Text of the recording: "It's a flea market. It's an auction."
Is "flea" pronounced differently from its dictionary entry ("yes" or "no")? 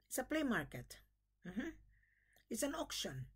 yes